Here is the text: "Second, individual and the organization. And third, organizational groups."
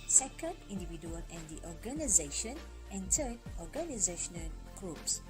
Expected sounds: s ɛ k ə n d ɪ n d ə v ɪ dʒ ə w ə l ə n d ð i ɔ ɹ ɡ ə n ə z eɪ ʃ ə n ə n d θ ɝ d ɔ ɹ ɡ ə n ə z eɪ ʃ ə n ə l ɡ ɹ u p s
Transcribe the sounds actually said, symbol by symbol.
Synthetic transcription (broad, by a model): s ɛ k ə n d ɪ n d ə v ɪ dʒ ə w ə l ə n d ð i ɔ ɹ ɡ ə n ə z eɪ ʃ ə n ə n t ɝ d ɔ ɹ ɡ ə n ə z eɪ ʃ ə n ə l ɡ ɹ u p s